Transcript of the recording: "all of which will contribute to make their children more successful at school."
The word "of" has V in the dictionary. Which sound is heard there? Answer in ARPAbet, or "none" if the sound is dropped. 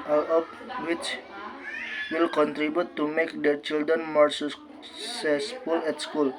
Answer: P